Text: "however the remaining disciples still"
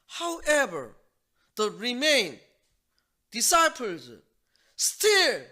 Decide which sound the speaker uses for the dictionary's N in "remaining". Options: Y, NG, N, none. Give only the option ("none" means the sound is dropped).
none